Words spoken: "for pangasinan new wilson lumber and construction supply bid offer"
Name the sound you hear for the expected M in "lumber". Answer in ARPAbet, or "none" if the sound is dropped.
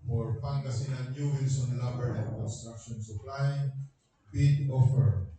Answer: none